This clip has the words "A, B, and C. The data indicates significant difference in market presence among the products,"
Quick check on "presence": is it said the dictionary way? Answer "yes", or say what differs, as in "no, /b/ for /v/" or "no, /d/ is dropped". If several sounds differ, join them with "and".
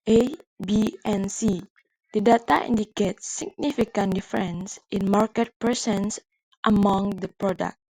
no, /s/ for /z/